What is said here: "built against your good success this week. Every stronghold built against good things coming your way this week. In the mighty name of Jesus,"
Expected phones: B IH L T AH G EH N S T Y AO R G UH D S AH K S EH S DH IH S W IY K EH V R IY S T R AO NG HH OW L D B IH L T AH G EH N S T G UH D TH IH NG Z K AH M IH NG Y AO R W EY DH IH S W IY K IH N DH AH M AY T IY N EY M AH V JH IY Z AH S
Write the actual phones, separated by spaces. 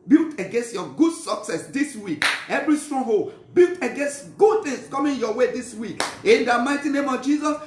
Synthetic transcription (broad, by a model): B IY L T AH G EH N S T Y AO G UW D S AH K S EH S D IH S W IY K EH V R IY S T R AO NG HH OW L B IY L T AH G EH N S T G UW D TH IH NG S K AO M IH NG Y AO W EY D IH S W IY K IH N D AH M AY T IY N EY M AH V JH IY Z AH S